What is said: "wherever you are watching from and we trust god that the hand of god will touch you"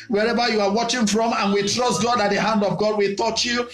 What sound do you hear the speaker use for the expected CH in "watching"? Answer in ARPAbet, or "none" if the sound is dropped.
CH